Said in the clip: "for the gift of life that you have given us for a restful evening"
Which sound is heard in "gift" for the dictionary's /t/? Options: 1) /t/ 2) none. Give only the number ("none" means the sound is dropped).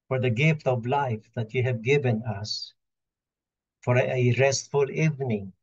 1